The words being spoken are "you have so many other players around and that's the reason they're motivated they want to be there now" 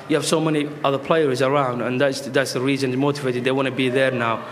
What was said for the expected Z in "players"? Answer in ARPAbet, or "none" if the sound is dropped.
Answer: Z